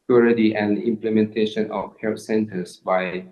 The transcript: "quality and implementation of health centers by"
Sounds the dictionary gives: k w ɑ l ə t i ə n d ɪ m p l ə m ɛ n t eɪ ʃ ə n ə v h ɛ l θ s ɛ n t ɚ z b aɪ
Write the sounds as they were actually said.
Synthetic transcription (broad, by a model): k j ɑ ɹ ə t i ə n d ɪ m p l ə m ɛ n t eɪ ʃ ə n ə f h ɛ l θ s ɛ n t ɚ s b aɪ